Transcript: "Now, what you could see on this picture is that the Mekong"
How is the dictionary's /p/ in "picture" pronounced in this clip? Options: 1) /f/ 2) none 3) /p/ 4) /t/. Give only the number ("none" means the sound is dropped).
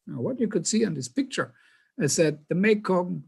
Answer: 3